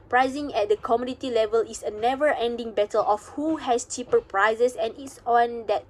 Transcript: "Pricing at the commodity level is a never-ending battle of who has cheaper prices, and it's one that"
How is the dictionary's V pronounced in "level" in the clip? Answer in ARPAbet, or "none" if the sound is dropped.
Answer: V